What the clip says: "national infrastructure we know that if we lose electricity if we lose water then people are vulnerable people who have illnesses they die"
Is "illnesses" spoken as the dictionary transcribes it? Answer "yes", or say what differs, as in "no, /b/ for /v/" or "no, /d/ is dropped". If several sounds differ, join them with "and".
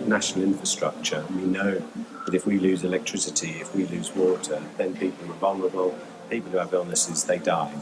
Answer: yes